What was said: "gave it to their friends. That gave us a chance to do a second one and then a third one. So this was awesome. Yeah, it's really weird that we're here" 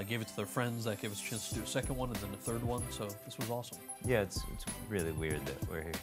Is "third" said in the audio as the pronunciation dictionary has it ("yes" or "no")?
yes